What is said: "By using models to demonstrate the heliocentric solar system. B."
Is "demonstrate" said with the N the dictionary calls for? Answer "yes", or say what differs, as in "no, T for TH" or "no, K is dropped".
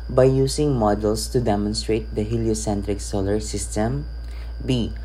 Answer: yes